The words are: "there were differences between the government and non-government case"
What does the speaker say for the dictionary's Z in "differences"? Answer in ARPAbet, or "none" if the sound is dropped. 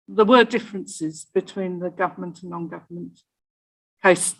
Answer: Z